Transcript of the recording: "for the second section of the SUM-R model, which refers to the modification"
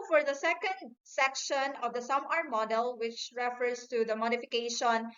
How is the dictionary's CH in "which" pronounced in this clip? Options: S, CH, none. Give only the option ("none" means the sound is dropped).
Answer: CH